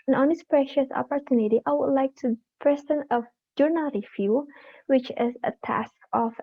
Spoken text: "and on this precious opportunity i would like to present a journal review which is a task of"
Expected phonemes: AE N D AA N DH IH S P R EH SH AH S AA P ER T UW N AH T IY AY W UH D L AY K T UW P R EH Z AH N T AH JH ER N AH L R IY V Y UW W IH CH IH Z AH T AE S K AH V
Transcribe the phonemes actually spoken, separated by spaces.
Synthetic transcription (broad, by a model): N AA N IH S P R EH SH AH S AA P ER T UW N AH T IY AY W UH D L AY K T UW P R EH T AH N AH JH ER N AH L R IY F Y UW W IH CH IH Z AH T AE S K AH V